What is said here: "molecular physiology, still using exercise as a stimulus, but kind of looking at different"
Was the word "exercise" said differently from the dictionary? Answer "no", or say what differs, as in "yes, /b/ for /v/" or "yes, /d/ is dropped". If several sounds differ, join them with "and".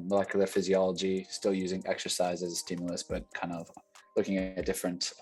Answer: no